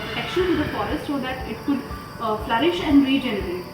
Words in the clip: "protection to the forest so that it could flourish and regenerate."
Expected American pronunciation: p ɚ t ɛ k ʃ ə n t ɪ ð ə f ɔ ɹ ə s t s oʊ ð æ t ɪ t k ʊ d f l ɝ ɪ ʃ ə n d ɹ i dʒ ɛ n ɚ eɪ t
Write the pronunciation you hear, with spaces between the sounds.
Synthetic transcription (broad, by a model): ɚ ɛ k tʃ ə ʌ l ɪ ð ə f ɔ ɹ ə s t ʃ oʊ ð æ t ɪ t k ʊ d f l ɝ ɪ ʃ ə n d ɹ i dʒ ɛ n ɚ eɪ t